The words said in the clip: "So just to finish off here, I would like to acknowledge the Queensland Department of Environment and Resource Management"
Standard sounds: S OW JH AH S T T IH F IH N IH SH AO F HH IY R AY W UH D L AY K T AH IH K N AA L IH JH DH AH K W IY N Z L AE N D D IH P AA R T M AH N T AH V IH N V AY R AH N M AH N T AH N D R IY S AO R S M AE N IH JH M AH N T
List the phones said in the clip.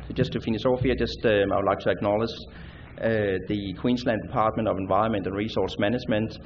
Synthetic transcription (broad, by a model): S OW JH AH S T T IH F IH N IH S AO F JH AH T AY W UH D L AY K T AH IH K N AA L IH JH DH AH K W IY N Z L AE N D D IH P AA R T M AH N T AH V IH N V AY R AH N M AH N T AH N R IY S AO R S M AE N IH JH M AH N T